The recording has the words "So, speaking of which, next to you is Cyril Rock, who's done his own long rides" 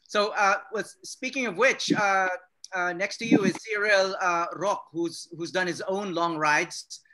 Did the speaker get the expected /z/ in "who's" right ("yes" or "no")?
yes